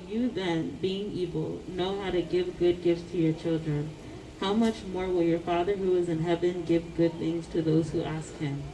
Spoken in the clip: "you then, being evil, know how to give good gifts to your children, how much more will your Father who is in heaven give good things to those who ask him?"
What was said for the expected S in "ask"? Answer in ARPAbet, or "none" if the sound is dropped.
S